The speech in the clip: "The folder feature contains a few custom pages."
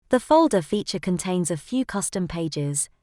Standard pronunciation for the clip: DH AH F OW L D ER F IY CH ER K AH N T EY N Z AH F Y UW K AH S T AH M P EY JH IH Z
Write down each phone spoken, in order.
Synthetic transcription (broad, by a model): DH AH F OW L D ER F IY CH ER K AH N T EY N Z AH F Y UW K AH S T AH M P EY JH IH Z